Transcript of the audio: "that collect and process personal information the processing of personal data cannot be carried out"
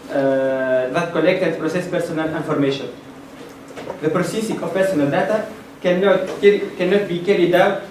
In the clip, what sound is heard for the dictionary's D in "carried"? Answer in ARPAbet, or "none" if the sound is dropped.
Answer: D